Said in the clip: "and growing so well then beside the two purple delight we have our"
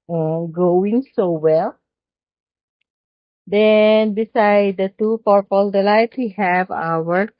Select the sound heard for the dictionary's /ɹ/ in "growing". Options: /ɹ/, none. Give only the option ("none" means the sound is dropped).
none